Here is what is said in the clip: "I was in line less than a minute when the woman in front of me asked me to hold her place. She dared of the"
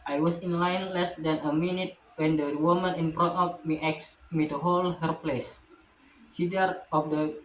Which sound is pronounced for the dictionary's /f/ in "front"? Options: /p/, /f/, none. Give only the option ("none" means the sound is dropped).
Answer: /p/